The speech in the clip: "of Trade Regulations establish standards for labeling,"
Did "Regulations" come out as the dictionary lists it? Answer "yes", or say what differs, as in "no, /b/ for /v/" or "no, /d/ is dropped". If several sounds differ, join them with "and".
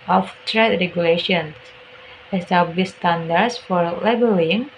no, /s/ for /z/